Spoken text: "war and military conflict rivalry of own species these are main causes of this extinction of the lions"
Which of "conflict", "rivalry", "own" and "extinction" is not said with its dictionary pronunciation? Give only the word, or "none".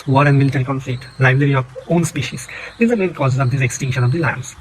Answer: rivalry